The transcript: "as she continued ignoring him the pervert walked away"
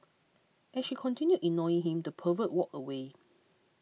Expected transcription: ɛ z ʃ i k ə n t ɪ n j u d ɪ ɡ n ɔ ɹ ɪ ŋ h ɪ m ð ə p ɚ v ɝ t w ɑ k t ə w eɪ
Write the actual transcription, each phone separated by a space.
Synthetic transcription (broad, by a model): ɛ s ʃ i k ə n t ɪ n j u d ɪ n ɔ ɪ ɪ ŋ h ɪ m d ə p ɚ v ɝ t w ɑ k ə w eɪ